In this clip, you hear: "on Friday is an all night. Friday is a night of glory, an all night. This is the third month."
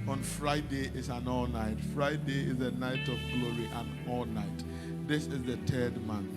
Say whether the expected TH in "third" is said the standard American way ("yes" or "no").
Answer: no